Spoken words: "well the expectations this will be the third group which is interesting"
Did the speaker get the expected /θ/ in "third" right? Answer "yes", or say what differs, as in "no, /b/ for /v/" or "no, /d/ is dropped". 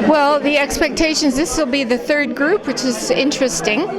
yes